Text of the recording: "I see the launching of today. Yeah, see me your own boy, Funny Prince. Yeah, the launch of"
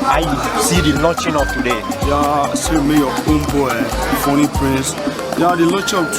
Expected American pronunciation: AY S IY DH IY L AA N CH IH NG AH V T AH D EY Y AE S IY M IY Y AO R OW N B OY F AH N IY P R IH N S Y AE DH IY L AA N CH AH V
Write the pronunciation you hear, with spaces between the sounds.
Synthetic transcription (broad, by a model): AY S IY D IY L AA CH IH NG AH F T AH D EY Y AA S IY M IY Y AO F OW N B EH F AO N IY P R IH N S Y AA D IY L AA CH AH